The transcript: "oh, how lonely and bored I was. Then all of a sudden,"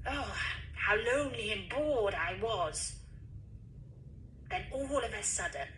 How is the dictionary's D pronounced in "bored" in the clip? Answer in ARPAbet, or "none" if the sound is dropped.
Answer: D